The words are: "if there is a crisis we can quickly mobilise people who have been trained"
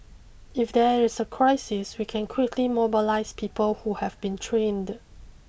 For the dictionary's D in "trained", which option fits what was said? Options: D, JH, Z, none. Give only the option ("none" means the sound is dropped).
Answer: D